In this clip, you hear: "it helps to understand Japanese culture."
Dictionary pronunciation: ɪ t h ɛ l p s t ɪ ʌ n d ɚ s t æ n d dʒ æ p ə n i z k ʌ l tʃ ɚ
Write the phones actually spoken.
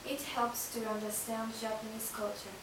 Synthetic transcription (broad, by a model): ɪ t h ɛ l p s t ɪ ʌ n d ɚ s t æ n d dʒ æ p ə n i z k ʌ l tʃ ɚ